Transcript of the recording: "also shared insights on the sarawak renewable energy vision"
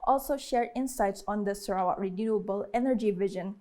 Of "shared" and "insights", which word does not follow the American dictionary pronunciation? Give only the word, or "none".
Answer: none